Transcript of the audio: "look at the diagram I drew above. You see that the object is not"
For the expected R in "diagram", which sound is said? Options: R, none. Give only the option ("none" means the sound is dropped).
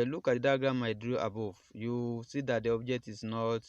none